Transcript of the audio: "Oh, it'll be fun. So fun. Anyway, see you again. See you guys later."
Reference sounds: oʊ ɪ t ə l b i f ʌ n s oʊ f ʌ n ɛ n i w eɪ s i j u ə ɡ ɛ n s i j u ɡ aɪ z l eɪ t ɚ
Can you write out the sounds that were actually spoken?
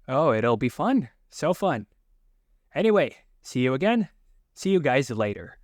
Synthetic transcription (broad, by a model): oʊ ɪ t l b i f ʌ n s oʊ f ʌ n ɛ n i w eɪ s i j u ə ɡ ɛ n s i j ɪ ɡ aɪ z l eɪ t ɚ